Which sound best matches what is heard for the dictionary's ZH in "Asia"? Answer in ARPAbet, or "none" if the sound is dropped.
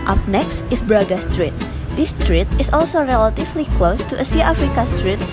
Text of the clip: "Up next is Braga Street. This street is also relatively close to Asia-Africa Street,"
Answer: S